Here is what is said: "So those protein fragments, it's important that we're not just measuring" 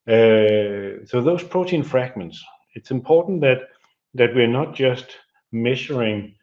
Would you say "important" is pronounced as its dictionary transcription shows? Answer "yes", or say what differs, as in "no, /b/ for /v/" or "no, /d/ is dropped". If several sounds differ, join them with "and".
no, /n/ is dropped